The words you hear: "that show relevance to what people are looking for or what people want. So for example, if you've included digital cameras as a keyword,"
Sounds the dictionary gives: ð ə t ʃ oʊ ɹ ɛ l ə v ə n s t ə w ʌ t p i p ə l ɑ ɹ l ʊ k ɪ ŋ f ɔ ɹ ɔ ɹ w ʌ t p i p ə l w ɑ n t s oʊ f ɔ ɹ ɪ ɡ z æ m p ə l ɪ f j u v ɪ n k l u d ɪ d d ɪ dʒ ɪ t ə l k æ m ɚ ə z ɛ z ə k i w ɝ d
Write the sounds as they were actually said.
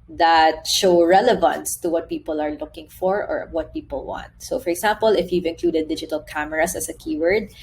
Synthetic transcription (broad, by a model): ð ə t ʃ oʊ ɹ ɛ l ə v ə n s t ə w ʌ t p i p ə l ɑ ɹ l ʊ k ɪ ŋ f ɔ ɹ ɔ ɹ w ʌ t p i p ə l w ɑ n t s oʊ f ɔ ɹ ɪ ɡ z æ m p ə l ɪ f j u v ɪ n k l u d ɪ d d ɪ dʒ ɪ t ə l k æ m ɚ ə s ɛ s ə k i w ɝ d